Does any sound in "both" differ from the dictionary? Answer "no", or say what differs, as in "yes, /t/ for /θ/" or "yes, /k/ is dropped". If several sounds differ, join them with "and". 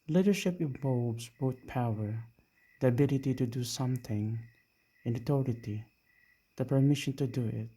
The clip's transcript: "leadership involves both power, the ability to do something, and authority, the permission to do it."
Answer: yes, /t/ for /θ/